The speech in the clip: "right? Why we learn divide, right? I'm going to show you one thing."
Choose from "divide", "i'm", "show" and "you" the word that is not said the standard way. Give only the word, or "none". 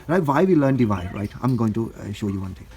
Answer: none